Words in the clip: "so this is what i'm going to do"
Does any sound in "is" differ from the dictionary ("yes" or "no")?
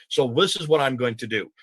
no